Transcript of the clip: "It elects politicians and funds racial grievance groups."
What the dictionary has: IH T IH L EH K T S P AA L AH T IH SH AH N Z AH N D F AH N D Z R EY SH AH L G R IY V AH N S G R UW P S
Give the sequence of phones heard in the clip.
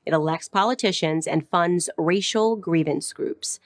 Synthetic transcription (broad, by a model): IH T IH L EH K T S P AA L AH T IH SH AH N Z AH N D F AH N D Z R EY SH L G R IY V AH N S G R UW P S